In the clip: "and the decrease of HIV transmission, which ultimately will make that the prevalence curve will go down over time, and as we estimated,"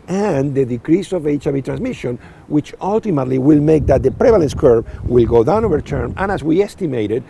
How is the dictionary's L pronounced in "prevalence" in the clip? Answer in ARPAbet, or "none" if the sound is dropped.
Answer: L